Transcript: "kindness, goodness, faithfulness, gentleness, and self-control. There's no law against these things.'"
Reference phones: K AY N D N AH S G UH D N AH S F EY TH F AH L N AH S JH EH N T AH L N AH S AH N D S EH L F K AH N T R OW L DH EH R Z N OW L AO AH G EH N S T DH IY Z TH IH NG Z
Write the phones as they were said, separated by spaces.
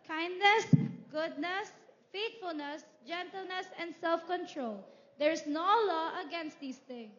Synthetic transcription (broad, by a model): K AY N D N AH S G UH D N AH S F EY T F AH L N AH S JH EH N T AH L N AH S AH N D S EH L F K AH N T R OW L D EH R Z N OW L AO AH G EH N S T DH IY S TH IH NG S